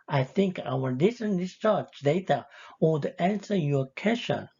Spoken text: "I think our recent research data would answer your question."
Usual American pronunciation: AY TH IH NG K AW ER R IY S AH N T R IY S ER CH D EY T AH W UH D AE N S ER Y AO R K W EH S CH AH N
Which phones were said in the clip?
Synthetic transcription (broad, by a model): AY TH IH NG K AW ER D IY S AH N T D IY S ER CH D EY T AH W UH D AE N S ER Y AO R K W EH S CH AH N